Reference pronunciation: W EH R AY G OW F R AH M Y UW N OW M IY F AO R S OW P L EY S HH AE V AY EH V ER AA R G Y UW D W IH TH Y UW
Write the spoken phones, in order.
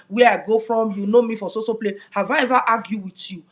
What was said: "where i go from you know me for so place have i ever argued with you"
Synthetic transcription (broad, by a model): W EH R AY G OW F R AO M Y UW N OW M IY F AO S S OW P L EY HH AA V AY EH V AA AA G Y UW W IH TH Y UW